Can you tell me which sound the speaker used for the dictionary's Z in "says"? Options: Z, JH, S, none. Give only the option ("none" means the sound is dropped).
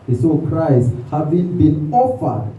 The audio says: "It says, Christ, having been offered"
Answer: none